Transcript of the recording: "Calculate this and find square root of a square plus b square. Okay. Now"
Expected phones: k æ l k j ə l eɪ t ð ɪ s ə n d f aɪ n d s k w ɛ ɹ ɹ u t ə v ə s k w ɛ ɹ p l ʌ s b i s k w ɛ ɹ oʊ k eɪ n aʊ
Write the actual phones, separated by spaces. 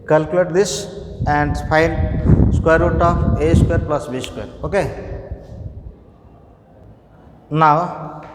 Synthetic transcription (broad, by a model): k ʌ l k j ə l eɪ t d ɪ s ə n d p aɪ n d s k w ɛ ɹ ɹ u t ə p ə s k w ɛ ɹ p l ʌ s b i s k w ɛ ɹ oʊ k eɪ n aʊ